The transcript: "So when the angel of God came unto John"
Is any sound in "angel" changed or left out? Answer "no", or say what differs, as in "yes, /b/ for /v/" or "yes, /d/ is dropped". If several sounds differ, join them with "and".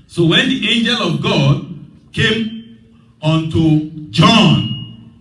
no